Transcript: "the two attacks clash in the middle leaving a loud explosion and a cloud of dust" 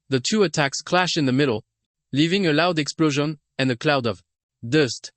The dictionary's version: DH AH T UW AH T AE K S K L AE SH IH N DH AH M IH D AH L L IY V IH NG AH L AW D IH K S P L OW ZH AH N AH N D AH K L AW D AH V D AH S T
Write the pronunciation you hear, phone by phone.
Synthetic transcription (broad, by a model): DH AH T UW AH T AE K S K L AE SH IH N DH AH M IH D L L IY V IH NG AH L AW D IH K S P L OW ZH AH N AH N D AH K L AW D AH V D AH S T